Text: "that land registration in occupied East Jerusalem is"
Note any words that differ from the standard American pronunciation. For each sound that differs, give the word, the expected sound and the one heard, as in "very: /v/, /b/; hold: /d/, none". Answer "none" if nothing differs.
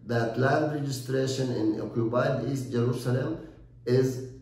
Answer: occupied: /p/, /b/